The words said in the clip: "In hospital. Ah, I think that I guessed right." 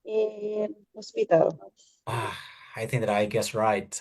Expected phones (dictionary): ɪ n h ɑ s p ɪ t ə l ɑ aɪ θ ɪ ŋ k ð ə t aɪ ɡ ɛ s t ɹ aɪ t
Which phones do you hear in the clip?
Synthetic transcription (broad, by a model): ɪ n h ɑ s p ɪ t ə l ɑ aɪ θ ɪ ŋ k ð ə t aɪ ɡ ɛ s ɹ aɪ t